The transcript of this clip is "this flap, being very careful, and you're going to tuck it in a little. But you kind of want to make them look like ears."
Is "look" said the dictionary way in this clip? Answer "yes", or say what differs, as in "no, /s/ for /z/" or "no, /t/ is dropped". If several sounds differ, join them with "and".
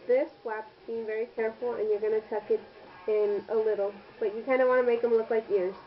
yes